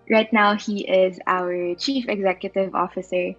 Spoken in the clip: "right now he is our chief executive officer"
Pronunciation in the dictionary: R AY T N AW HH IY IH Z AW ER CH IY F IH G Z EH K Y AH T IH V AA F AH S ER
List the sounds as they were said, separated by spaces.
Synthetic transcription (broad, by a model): R AY T N AW HH IY IH Z AW ER CH IY F IH G Z EH K Y AH T IH V AA F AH S ER